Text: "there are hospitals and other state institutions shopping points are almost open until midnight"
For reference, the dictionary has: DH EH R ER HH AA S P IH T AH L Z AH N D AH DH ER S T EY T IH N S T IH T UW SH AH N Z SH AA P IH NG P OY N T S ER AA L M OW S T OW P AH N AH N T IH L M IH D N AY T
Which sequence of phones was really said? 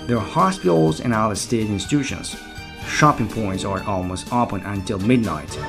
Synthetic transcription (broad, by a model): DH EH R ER HH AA S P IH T L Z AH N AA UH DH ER S T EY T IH N S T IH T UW SH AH N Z SH AA P IH NG P OY N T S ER AA L M OW S T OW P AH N AH N T IH L M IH D N AY T